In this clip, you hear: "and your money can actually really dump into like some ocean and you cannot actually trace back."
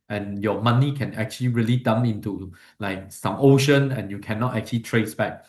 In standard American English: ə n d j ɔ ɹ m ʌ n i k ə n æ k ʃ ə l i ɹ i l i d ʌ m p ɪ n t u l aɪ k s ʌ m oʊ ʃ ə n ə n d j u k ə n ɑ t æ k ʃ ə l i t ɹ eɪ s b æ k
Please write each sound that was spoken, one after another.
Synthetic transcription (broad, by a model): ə n j ɔ m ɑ n i k ə n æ k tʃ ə l i ɹ i l i d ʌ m ɪ n t u l aɪ k s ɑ m oʊ ʃ ə n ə n j u k ə n ɑ t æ k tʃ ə l i t ɹ eɪ s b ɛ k